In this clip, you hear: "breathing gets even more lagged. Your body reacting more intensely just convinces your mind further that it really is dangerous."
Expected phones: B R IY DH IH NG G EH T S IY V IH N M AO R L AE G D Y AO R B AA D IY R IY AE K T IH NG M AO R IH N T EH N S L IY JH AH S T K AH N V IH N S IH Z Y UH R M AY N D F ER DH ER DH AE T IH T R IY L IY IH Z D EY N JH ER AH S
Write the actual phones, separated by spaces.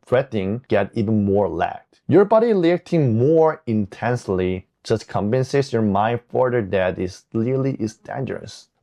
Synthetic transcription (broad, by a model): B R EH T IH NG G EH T IY V IH N M AO R L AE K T Y AO R B AA D IY L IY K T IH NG M AO R IH N T EH N S L IY JH AH S T K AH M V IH N S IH S Y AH R M AY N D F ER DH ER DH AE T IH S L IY L IY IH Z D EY N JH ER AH S